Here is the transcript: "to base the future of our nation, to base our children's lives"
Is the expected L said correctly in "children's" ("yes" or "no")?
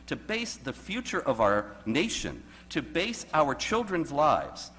yes